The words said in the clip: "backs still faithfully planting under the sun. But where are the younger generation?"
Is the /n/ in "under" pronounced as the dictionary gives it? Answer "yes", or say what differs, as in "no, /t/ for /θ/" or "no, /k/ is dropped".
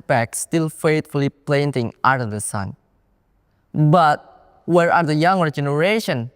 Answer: no, /n/ is dropped